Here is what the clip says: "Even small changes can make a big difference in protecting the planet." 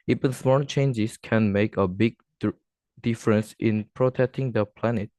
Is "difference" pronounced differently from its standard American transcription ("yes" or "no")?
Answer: no